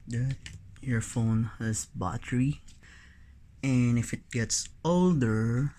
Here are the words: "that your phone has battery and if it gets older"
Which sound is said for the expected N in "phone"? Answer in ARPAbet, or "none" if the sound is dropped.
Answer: N